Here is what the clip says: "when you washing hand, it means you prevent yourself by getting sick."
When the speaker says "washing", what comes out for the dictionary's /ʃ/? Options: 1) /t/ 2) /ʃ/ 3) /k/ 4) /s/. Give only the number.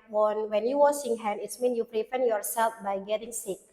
4